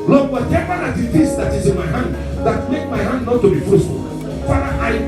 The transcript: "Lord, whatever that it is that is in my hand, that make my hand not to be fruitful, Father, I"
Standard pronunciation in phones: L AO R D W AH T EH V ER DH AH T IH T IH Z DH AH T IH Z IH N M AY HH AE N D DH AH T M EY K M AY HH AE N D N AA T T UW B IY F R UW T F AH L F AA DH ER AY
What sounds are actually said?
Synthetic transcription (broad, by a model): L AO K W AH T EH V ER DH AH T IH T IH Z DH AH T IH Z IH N M AY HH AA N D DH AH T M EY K M AY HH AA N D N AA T T UW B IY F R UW S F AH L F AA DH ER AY